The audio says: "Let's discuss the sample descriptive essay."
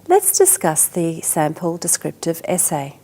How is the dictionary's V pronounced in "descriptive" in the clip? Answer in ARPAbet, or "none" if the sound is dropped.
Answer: V